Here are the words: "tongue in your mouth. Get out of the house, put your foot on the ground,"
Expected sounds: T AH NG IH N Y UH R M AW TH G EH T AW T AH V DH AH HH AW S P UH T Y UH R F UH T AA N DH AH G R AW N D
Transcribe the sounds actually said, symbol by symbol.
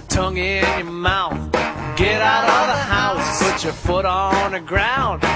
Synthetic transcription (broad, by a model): T AH NG IH N Y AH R M AW TH G EH T AW T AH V DH AH HH AW S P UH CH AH R F UH T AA N DH AH G R AW N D